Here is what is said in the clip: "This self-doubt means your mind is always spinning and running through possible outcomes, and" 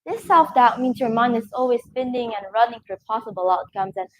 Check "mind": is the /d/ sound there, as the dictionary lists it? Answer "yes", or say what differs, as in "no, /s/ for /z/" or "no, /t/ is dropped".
no, /d/ is dropped